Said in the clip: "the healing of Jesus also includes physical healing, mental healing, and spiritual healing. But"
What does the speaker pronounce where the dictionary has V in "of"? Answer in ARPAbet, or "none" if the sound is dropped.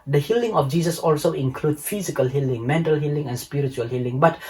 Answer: F